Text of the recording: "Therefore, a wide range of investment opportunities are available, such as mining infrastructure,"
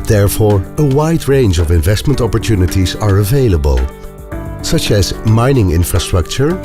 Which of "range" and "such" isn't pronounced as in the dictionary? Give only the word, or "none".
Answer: none